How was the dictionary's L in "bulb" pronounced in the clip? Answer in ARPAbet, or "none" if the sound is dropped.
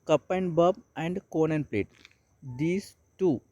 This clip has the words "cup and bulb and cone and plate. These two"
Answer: none